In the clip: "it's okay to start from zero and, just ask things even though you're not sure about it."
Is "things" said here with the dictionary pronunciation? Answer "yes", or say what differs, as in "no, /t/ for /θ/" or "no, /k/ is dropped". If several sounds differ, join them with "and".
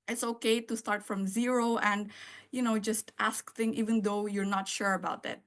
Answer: no, /z/ is dropped